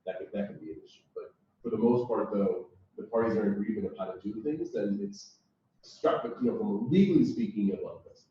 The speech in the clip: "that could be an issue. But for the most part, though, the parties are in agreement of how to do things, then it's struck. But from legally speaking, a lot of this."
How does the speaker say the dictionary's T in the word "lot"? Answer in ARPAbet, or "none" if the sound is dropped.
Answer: none